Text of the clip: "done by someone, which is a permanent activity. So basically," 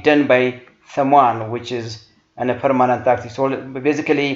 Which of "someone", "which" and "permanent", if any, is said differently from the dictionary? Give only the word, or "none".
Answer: someone